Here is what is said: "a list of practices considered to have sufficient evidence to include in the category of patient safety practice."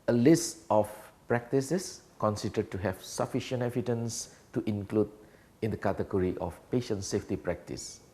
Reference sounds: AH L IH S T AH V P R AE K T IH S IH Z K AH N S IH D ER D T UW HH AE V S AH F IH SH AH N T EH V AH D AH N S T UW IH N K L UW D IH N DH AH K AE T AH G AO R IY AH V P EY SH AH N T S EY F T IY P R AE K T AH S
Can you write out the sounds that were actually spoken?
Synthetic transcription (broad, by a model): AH L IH S T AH F P R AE K T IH S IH S K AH N S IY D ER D T UW HH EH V S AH F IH SH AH N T EH V AH D AH N S T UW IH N K L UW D IH N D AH K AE T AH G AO R IY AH F P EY SH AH N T S EY F T IY P R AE K T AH S